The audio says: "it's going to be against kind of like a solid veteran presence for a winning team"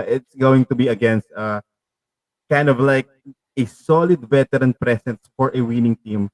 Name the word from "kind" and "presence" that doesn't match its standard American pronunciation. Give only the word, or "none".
presence